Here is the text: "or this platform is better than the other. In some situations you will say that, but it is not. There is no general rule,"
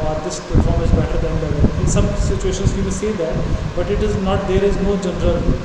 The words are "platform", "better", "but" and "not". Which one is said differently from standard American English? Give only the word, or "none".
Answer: platform